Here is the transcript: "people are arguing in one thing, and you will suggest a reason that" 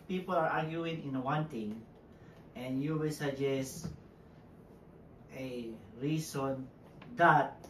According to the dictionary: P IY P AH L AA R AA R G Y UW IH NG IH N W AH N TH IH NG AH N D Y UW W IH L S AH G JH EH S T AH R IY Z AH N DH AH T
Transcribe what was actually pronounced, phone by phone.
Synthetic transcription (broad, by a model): P IY P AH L AA R AA R G Y UW IH NG IH N W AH N T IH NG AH N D Y UW W IH L S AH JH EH S T AH R IY S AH N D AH T